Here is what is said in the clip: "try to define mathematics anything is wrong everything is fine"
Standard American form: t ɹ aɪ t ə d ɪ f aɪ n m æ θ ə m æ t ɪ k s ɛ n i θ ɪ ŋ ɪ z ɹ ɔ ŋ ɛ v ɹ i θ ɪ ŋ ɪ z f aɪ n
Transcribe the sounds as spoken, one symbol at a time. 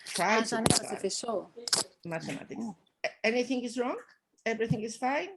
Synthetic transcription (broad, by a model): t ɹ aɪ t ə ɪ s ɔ m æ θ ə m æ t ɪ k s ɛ n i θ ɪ ŋ ɪ z ɹ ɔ ŋ ɛ v ɹ i θ ɪ ŋ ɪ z f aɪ n